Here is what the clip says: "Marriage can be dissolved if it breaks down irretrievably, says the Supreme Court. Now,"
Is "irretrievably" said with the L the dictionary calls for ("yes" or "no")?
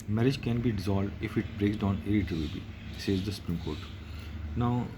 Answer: no